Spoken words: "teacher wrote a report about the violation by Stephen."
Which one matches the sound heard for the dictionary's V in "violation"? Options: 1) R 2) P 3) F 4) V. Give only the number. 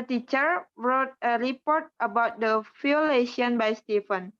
3